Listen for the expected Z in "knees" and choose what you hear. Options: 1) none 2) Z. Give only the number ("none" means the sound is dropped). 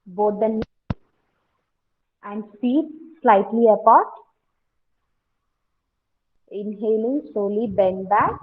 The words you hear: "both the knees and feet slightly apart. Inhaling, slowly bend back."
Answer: 1